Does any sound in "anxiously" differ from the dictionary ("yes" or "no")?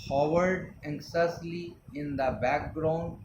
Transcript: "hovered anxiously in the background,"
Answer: yes